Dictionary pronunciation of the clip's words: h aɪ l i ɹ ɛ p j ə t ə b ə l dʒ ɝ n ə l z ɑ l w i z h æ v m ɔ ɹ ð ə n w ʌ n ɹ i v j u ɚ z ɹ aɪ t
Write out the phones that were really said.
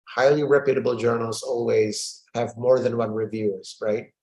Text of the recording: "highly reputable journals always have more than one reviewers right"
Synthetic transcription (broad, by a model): h aɪ l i ɹ ɛ p j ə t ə b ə l dʒ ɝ n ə l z ɑ l w i z h æ v m ɔ ɹ ð ə n w ʌ n ɹ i v j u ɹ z ɹ aɪ t